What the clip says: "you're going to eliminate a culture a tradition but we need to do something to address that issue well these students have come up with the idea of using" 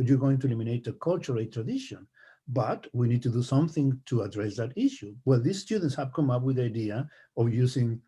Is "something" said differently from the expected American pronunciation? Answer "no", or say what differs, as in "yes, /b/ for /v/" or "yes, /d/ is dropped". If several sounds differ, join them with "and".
no